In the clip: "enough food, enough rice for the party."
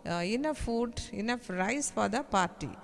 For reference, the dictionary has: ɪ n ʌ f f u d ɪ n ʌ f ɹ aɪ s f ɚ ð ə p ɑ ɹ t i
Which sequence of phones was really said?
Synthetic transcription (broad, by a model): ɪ n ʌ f f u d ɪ n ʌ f ɹ aɪ s p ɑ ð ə p ɑ ɹ t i